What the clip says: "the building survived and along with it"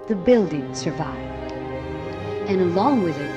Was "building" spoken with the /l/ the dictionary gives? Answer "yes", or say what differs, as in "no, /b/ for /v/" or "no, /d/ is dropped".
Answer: yes